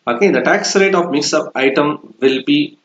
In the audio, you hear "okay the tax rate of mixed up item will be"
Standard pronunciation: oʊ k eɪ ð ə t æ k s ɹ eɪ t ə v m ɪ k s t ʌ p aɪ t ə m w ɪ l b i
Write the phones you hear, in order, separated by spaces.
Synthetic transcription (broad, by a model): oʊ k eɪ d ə t æ k s ɹ eɪ t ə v m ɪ k s ʌ p aɪ t ə m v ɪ l b i